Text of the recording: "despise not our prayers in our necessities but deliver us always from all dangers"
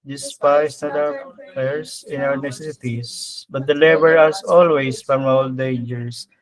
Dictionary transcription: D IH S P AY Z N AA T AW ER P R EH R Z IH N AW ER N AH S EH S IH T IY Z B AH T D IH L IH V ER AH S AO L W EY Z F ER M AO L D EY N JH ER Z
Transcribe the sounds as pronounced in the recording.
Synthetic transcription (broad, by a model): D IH S P AY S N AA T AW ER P EH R S IH N AW ER N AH S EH S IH T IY S B AH T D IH L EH B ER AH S AO L W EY S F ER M AO L D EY N JH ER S